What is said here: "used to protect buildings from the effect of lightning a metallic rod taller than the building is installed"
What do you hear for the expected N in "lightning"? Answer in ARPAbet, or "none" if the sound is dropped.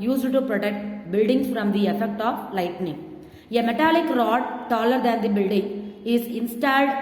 N